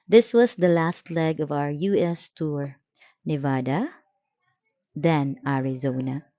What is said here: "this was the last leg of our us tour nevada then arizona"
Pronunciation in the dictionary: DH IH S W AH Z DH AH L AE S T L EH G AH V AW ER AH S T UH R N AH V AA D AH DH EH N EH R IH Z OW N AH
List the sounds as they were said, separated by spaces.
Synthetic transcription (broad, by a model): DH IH S W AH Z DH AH L AE S T L EH G AH V AW ER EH S T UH R N AH V AA D AH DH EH N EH R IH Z OW N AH